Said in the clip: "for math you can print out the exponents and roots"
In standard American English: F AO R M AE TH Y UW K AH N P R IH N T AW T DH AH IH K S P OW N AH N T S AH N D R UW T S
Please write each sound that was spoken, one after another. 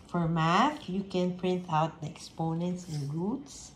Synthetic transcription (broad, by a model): F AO R M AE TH Y UW K AH N P R IH N T AW T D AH IH K S P OW N AH N T S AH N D R UW T S